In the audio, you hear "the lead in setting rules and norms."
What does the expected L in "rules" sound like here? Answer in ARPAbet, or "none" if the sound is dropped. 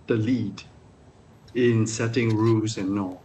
none